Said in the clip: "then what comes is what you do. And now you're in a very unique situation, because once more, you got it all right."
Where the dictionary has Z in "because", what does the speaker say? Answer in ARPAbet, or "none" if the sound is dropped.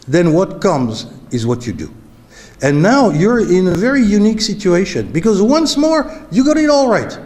Z